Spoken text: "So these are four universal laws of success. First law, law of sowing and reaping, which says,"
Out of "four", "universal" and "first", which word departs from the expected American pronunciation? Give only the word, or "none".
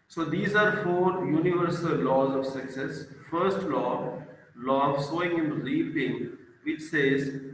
none